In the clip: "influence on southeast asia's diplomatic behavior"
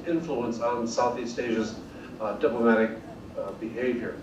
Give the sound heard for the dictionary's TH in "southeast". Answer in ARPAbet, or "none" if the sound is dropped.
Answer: TH